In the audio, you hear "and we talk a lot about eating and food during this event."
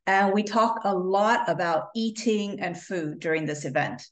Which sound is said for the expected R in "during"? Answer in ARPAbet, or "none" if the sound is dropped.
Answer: R